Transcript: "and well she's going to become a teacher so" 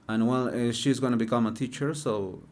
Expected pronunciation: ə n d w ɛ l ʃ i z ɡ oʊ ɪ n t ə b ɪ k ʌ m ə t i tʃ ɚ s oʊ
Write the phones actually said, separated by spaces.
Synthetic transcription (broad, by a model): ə n w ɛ l ʃ i z ɡ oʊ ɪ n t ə b ɪ k ʌ m ə t i tʃ ɚ s oʊ